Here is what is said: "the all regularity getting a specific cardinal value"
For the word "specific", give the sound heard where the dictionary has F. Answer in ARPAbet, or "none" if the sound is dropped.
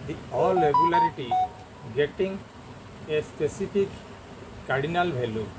P